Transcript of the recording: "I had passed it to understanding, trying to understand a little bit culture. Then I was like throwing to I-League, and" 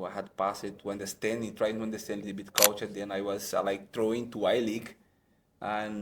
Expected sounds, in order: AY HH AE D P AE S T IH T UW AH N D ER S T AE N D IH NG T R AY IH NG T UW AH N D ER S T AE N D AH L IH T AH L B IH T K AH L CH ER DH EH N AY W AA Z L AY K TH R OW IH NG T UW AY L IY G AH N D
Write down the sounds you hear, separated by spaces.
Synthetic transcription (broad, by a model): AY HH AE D P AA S IH T UW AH N D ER S T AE N D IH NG T R AY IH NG T UW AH N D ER S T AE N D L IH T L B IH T K AH L CH ER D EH N AY W AA Z L AY K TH R OW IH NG T UW AY L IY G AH N